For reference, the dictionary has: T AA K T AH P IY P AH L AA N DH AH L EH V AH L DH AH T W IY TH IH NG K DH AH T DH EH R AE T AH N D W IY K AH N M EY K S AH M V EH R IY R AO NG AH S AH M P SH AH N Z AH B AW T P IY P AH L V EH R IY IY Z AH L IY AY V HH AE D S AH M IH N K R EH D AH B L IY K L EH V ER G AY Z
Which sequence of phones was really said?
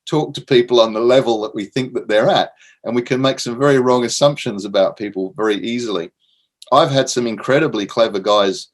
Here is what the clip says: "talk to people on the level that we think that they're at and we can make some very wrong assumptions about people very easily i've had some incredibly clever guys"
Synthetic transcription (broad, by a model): T AA K T AH P IY P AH L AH N DH AH L EH V AH L DH AH T W IY TH IH NG K DH AH T DH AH R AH T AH N W IY K AH N M EY K S AH M V EH R IY R AO NG AH S AH M P SH AH N Z AH B AW T P IY P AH L V EH R IY IY Z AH L IY AY V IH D S AH M IH N K R EH D AH B L IY K L EH V ER G AY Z